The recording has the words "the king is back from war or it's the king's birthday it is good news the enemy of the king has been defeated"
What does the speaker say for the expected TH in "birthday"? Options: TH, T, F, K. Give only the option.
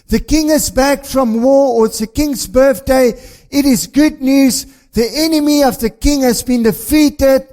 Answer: TH